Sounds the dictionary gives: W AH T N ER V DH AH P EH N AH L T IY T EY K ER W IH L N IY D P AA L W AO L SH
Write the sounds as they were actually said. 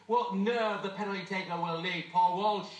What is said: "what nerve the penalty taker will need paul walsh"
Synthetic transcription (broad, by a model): W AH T N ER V DH AH P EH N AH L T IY T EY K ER W IH L L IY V P AA L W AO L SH